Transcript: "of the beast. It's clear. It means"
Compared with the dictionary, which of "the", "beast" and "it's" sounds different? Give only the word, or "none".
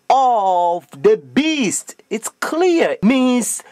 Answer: none